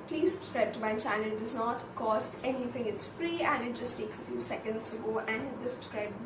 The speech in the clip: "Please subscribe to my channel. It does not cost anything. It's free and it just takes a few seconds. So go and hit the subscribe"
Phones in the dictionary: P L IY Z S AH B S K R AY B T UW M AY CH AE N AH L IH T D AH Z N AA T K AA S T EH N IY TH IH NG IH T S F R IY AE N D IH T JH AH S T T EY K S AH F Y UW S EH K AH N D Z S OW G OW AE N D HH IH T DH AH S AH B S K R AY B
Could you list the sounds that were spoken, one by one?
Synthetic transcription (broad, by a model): P L IY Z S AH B S K R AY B T UW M AY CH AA AH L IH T D AH Z N AA T K AA S T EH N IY T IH NG IH T S F R IY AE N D IH T JH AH S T T EY K S AH F Y UW S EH K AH N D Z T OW G OW AE N D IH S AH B S K R AY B